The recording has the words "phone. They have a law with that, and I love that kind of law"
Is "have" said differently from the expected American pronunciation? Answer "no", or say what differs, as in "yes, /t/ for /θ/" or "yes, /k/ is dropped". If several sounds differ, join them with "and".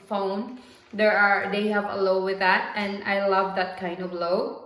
no